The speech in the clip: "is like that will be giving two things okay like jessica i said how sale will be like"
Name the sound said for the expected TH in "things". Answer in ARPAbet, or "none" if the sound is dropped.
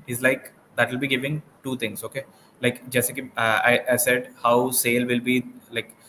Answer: T